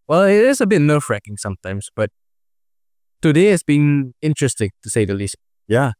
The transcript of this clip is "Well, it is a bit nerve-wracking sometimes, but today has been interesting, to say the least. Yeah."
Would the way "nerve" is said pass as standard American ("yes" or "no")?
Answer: no